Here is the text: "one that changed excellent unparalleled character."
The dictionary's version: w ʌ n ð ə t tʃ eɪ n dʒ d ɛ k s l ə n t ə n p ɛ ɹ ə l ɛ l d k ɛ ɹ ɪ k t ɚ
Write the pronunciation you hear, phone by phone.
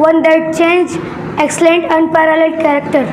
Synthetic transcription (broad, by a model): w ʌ n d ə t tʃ eɪ n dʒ ɛ k s l ə n t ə n p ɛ ɹ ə l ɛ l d k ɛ ɹ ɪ k t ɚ